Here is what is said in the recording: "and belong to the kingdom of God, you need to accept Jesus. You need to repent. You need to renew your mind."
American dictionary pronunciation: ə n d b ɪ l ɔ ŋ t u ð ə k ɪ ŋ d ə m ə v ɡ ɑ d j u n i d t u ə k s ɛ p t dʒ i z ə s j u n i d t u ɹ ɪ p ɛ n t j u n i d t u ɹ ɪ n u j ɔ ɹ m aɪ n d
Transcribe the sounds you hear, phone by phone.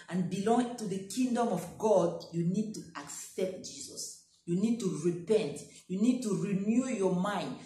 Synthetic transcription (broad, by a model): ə n b ɪ l ɔ ŋ t u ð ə k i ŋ d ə m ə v ɡ ɑ d j u n i d t u ə k s ɛ p t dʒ i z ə s j u n i d t u ɹ ɪ p ɛ n t j u n i d t u ɹ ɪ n u j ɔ m aɪ n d